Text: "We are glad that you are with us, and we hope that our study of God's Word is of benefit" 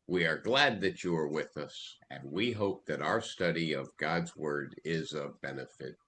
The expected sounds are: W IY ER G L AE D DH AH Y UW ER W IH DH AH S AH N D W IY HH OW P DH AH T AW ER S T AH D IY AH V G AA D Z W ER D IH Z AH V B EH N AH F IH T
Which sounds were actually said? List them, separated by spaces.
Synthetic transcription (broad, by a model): W IY ER G L AE D DH AH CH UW ER W IH DH AH S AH N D W IY HH OW P DH AH T AW ER S T AH D IY AH V G AA D Z W ER D IH Z AH V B EH N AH F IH T